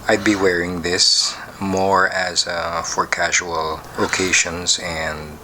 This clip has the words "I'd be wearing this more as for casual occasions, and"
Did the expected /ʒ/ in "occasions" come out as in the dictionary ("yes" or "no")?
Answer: no